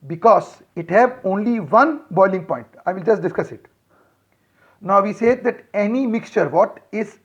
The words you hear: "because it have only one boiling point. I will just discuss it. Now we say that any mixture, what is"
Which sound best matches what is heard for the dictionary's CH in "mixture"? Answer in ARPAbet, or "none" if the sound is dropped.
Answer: CH